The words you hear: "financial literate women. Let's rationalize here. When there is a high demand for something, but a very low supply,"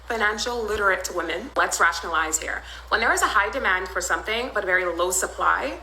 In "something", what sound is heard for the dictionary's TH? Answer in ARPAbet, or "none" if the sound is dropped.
TH